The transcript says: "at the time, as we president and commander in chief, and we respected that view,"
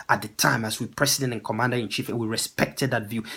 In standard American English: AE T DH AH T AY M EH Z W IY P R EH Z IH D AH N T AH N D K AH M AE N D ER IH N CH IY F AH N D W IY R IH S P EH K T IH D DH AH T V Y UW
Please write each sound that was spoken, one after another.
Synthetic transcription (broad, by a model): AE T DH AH T AY M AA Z W IY P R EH S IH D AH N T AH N K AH M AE N D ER IH N CH IY F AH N W IY R IH S P EH K T IH D DH AH T V Y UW